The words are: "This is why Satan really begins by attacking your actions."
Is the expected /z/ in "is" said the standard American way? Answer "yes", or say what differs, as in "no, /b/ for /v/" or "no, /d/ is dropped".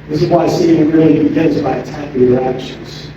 yes